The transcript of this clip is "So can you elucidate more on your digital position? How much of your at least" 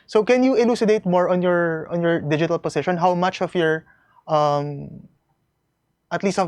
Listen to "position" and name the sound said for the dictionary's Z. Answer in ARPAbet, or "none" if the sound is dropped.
S